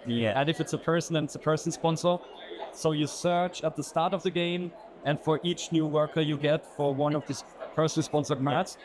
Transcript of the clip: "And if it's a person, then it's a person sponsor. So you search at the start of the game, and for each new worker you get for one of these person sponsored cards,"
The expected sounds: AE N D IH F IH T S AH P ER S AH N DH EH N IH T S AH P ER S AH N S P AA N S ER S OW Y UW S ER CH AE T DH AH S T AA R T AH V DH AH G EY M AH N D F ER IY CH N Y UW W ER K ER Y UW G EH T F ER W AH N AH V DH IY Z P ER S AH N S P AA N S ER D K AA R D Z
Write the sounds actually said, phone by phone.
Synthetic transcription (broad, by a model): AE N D IH F IH T S AH P ER S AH N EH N IH T S AH P ER S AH N S P AA N S ER S OW Y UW S ER CH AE T DH AH S T AA R T AH V DH AH G EY M AH N D F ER IY CH N Y UW W ER K ER Y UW G EH T F ER W AH N AH V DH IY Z P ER S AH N S P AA N S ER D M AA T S